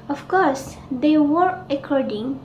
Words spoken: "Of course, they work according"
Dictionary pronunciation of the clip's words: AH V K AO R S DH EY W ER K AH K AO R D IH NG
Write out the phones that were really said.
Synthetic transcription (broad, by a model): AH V K AO R S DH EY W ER AH K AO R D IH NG